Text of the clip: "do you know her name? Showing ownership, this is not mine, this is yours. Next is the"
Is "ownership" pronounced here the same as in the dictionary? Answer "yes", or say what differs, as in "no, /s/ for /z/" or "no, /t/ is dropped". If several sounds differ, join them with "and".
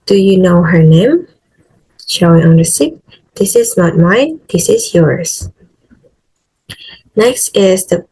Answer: no, /s/ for /ʃ/